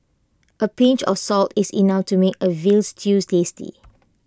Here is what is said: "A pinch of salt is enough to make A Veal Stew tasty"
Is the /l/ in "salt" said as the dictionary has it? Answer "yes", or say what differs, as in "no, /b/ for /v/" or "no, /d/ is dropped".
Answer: yes